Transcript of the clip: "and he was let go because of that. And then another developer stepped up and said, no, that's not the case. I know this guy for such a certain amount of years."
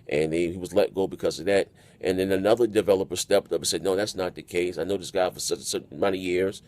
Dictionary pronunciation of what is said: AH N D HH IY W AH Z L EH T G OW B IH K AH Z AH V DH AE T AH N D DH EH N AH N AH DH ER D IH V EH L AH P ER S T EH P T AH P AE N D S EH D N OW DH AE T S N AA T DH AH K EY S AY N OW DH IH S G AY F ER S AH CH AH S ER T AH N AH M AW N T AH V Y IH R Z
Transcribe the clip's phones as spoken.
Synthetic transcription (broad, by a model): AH N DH HH IY W AH Z L EH T G OW B IH K AH Z AH V DH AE T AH N DH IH N AH N AH DH ER D IH V EH L AH P ER S T EH P T AH P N S EH D N OW DH AE T S N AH T DH AH K EY S AY N OW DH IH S G AY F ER S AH AH S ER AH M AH IH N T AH Y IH R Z